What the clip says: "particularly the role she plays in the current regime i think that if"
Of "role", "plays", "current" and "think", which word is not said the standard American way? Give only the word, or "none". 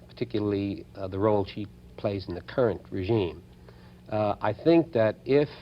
none